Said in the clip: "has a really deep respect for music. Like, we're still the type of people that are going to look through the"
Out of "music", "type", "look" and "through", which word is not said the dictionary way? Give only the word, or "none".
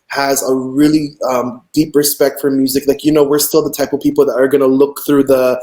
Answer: none